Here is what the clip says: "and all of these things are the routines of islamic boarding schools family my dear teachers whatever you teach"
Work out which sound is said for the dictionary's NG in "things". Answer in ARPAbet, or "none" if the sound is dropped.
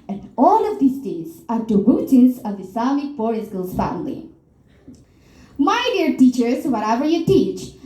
none